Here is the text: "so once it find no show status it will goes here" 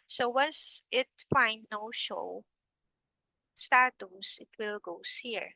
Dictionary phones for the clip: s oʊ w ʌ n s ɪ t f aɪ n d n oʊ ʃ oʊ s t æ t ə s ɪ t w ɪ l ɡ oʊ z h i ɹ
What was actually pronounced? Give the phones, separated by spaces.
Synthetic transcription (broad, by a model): s oʊ w ʌ n s ɪ t f aɪ n d n oʊ ʃ oʊ s t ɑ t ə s ɪ t w ɪ l ɡ oʊ s h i ɹ